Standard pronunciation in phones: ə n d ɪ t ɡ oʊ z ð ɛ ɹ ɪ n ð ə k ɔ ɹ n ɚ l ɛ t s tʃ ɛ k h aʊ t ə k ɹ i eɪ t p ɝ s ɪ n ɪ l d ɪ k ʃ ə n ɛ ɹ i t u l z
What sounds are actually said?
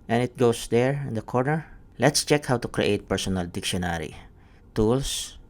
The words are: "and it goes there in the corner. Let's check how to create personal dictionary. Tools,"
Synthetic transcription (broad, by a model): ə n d ɪ t ɡ oʊ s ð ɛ ɹ ɪ n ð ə k ɔ ɹ n ɚ l ɛ t s tʃ ɛ k h aʊ t ə k ɹ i eɪ t p ɝ s ɪ n ɪ l d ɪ k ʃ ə n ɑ ɹ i t u l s